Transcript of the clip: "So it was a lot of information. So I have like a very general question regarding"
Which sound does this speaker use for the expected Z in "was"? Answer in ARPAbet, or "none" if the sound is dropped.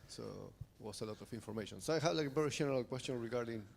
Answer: S